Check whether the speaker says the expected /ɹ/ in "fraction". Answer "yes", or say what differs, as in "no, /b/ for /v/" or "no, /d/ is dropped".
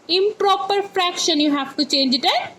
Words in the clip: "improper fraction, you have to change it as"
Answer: yes